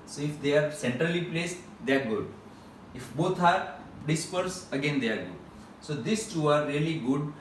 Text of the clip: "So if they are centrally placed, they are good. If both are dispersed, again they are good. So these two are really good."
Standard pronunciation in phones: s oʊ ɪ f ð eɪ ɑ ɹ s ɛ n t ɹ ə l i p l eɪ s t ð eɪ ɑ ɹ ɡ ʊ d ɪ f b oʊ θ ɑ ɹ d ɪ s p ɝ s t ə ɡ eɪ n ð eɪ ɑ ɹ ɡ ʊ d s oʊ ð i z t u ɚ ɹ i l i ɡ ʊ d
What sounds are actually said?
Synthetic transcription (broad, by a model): s oʊ ɪ f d eɪ ɑ ɹ s ɛ n t ɹ ə l i p l eɪ s t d eɪ ɑ ɹ ɡ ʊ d ɪ f b oʊ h ɑ ɹ d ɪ s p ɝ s ə ɡ eɪ n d eɪ ɑ ɹ ɡ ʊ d s oʊ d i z t u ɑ ɹ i l i ɡ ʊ d